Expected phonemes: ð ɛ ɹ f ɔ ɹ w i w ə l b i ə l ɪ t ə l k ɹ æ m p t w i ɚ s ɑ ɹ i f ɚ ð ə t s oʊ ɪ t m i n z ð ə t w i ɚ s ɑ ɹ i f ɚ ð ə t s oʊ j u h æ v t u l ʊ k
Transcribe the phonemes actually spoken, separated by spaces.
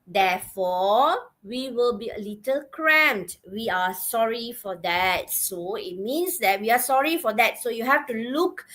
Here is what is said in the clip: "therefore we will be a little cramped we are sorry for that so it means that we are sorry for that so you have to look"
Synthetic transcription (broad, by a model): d ɛ f ɔ w i w ə l b i ə l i t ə l k ɹ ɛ m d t w i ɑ s ɑ ɹ i f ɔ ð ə t s oʊ ɪ t m i n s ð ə t w i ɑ s ɑ ɹ i f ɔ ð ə t s oʊ j u h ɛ f t u l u k